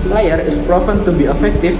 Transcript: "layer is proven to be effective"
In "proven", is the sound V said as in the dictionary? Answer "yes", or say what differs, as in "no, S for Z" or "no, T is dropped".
no, F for V